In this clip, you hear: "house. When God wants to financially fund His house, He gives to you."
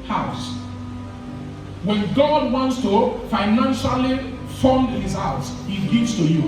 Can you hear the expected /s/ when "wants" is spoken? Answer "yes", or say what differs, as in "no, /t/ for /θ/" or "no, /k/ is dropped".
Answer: yes